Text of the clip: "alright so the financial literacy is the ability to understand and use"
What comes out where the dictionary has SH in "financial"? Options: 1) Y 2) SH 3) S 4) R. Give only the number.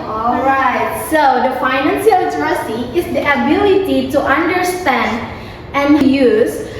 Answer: 3